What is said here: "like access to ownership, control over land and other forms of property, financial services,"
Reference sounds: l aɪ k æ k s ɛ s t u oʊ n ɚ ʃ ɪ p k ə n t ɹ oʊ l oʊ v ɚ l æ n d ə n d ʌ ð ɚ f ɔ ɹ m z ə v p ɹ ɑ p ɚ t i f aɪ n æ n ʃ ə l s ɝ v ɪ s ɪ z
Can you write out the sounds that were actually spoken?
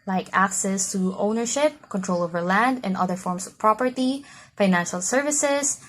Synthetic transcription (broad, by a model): l aɪ k æ k s ɛ s t u oʊ n ɚ ʃ ɪ p k ə n t ɹ oʊ l oʊ v ɚ l æ n d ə n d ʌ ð ɚ f ɔ ɹ m s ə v p ɹ ɑ p ɚ t i f aɪ n æ n ʃ ə l s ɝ v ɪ s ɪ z